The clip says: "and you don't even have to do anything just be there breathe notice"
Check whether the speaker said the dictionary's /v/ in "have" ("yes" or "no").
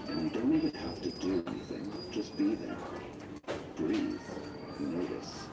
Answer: no